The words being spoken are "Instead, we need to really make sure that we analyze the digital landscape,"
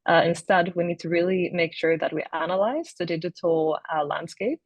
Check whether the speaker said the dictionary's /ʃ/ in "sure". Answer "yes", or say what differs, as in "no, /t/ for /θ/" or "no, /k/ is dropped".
yes